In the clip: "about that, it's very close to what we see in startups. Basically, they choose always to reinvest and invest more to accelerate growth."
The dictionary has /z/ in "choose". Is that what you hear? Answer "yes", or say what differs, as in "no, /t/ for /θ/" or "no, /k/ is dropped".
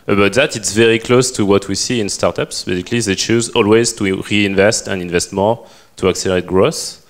yes